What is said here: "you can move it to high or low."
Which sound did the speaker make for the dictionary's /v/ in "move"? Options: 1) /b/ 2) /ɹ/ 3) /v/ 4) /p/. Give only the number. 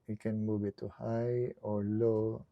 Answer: 1